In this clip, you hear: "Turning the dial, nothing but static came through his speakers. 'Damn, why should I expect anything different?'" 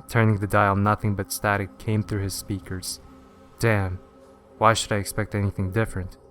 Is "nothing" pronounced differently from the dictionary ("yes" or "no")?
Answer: no